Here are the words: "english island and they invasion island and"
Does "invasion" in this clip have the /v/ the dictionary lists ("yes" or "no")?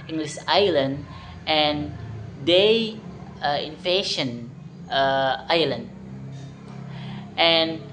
no